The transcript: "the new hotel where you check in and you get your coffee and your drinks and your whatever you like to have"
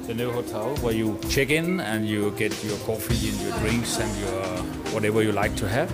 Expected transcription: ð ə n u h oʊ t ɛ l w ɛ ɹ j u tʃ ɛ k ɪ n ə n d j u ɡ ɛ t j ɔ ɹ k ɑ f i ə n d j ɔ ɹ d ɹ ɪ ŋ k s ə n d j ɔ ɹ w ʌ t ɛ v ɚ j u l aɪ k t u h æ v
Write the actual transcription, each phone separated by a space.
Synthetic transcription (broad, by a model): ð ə n u h oʊ t ɛ l w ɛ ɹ j u tʃ ɛ k ɪ n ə n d j u ɡ ɛ t j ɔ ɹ k ɑ f i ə n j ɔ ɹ d ɹ ɪ ŋ k s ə n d j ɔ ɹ w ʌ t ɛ v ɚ j u l aɪ k t u h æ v